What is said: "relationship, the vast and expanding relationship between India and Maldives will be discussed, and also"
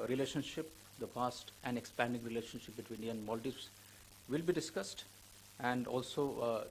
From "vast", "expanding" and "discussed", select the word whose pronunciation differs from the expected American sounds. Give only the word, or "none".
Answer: vast